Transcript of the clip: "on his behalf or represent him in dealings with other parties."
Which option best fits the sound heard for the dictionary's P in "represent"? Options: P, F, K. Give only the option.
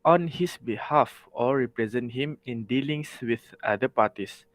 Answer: P